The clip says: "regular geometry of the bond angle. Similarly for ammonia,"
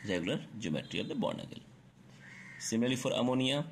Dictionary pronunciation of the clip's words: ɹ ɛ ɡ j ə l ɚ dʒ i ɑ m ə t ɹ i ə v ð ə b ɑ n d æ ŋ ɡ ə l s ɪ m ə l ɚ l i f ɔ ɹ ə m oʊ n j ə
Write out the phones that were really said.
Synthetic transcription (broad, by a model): ɹ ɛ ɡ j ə l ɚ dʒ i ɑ m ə t ɹ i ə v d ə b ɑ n ʌ ɡ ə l s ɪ m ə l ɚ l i f ɔ ɹ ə m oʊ n j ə